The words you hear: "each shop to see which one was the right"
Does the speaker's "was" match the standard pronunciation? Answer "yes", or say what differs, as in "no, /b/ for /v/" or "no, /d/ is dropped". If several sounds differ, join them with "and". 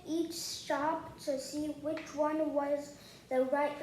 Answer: yes